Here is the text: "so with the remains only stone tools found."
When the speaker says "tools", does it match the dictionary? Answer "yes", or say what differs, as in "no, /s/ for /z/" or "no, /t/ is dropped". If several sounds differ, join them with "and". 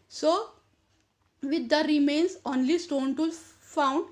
no, /z/ is dropped